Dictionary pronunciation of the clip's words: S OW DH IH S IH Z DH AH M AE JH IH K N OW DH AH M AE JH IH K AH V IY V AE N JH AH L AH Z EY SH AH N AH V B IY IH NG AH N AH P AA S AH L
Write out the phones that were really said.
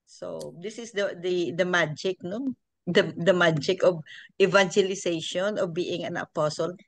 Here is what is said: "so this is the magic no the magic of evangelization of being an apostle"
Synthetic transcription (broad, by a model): S OW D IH S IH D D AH M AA JH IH K N OW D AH M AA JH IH K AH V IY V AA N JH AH L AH S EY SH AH N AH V B IY IH NG AH N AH P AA S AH L